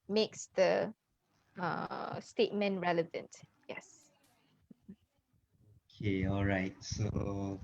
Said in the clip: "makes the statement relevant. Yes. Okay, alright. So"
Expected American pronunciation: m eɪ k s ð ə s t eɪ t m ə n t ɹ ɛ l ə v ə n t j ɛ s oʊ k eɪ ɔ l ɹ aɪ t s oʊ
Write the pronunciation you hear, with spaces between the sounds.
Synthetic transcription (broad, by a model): m eɪ k s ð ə s t eɪ t m ə n t ɹ ɛ l ə v ə n t j ɛ s oʊ k eɪ ɔ l ɹ aɪ t s oʊ